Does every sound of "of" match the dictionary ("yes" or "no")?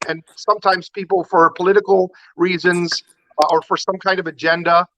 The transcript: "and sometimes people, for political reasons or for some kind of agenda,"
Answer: yes